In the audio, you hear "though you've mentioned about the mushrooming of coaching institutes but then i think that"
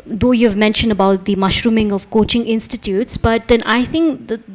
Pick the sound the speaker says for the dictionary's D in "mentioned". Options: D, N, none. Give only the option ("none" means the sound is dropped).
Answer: D